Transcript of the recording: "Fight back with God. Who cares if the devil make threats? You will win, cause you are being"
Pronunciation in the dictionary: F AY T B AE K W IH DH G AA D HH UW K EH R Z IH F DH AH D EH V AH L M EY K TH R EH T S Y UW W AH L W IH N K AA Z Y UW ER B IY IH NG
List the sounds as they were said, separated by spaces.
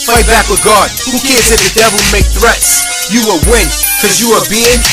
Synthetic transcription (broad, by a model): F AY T B AE K W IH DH G AA D HH UW K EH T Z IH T DH AH D EH V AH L M EY K TH R EH T S Y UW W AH W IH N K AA Z Y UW ER B IY IH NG